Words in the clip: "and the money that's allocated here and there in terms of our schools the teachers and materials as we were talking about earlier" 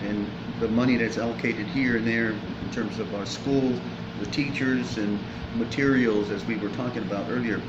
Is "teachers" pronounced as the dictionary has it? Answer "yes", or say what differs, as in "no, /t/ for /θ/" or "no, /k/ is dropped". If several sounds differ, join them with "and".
yes